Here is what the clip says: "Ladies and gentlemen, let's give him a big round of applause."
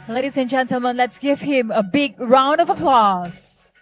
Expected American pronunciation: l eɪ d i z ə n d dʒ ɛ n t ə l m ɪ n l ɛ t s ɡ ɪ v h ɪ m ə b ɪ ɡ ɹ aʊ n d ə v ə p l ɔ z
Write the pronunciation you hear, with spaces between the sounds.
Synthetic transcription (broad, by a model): l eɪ d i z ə n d dʒ ɛ n t ə l m ɪ n l ɛ t s ɡ ɪ v h ɪ m ə b ɪ ɡ ɹ aʊ n d ə v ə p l ɔ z